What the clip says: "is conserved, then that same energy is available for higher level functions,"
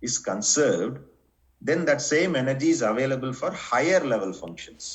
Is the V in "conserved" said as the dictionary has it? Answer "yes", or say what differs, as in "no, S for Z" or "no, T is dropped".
yes